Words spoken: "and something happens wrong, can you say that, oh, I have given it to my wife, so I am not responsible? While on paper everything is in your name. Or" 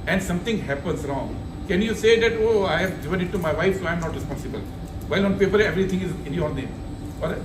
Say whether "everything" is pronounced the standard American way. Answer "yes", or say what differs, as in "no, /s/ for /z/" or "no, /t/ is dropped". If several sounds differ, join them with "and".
no, /t/ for /θ/